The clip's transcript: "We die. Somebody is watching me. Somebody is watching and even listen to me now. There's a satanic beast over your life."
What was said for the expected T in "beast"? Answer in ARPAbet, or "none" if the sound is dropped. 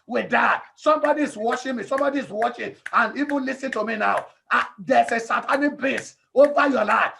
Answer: none